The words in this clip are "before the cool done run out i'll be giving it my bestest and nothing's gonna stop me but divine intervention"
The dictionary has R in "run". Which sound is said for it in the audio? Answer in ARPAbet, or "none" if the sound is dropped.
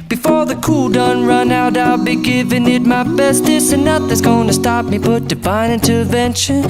R